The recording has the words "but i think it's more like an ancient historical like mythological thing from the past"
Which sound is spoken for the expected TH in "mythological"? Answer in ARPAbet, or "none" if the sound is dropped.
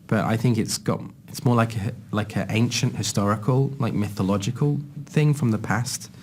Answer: TH